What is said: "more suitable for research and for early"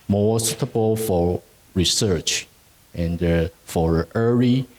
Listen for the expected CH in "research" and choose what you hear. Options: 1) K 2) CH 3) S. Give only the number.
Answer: 2